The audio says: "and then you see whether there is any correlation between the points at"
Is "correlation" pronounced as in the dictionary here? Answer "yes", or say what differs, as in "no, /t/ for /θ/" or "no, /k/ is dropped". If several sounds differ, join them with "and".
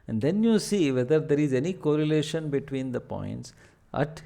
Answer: yes